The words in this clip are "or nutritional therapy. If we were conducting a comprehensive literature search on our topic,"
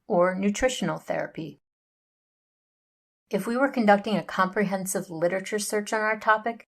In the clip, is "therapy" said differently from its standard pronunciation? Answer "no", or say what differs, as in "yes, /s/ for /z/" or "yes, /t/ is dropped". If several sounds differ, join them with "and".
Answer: no